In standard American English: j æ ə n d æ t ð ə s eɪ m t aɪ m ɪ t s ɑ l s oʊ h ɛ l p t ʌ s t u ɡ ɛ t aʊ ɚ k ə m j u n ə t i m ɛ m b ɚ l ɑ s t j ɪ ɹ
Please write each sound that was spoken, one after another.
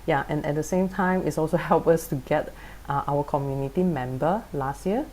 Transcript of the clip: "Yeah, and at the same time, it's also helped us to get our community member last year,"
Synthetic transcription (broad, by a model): j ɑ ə n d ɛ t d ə s eɪ m t aɪ m ɪ t s ɑ l s oʊ h ɛ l p ʌ s t u ɡ ɛ t aʊ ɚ k ə m j u n ə t i m ɛ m b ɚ l ɑ s t j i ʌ